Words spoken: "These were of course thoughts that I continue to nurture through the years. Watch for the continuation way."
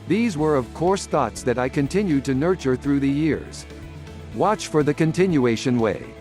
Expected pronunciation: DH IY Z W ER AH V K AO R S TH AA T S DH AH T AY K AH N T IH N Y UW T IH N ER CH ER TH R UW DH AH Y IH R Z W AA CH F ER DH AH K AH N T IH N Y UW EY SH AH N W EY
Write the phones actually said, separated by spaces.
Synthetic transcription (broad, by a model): DH IY Z W ER AH V K AO R S TH AA T S DH AH T AY K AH N T IH N Y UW T IH N ER CH ER TH R UW DH AH Y IH R Z W AA CH F ER DH AH K AH N T IH N Y UW EY SH AH N W EY